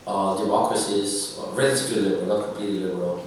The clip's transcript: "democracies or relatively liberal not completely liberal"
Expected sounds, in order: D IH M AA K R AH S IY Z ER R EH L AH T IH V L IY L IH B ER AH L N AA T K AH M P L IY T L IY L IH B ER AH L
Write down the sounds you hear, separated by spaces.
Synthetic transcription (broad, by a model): D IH M AA K R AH S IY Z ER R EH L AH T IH B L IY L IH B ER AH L N AA T K AH M P L IY T L IY L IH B ER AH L